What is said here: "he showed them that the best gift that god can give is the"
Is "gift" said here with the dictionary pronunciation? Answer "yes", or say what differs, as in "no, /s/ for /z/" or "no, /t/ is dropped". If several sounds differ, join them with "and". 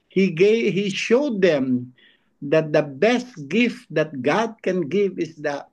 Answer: yes